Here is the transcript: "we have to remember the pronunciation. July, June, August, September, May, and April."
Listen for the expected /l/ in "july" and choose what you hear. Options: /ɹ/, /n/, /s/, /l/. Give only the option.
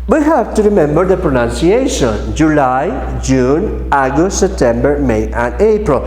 /l/